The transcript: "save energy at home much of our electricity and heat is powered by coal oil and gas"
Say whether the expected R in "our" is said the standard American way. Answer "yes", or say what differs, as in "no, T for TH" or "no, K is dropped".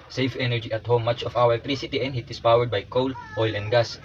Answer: no, W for R